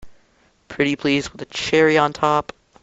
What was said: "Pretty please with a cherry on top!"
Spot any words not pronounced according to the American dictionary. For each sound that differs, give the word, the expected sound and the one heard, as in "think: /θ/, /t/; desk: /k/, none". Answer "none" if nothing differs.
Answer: none